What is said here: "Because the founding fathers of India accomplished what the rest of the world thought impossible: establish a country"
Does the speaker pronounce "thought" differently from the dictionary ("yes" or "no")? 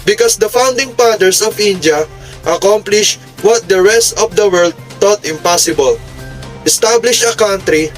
yes